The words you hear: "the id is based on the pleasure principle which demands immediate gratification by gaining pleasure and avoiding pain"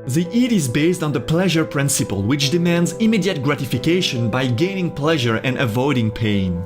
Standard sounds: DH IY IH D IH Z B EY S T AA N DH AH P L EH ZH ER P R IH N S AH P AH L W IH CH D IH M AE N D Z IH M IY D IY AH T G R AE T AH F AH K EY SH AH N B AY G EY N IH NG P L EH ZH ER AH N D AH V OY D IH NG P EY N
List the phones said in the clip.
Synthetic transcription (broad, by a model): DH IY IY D IH Z B EY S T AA N DH AH P L EH ZH ER P R IH N S AH P AH L W IH CH D IH M AE N D Z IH M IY D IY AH T G R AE T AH F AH K EY SH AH N B AY G EY N IH NG P L EH ZH ER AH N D AH V OY D IH NG P EY N